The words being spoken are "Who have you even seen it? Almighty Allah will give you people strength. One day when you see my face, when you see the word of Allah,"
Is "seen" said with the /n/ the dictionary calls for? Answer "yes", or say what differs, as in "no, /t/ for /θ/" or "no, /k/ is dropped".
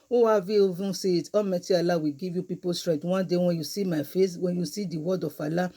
no, /n/ is dropped